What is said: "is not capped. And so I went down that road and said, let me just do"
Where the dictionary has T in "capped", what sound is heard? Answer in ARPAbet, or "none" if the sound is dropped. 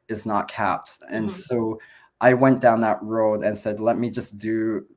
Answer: T